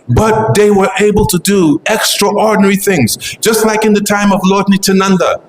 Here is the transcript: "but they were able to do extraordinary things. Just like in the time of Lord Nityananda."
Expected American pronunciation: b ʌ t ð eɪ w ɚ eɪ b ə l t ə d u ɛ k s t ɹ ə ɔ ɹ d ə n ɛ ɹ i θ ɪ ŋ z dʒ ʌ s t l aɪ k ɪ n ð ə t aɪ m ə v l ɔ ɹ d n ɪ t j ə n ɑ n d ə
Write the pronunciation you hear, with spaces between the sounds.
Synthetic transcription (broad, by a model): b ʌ t ð eɪ w ɚ eɪ b ə l t ə d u ɛ k s t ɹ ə ɔ ɹ d n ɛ ɹ i θ ɪ ŋ z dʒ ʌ s t l aɪ k ɪ n ð ə t aɪ m ə v l ɔ ɹ d n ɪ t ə n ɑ n d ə